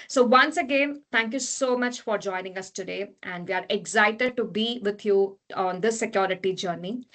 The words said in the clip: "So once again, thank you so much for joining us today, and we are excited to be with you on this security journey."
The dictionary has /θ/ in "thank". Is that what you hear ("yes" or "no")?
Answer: no